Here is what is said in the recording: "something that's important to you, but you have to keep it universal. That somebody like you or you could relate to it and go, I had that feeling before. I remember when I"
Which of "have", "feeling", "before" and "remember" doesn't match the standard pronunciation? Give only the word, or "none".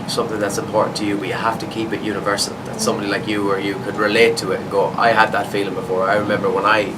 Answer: have